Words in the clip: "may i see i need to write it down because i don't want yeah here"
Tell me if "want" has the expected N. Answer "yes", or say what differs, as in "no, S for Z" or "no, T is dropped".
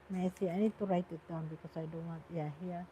no, N is dropped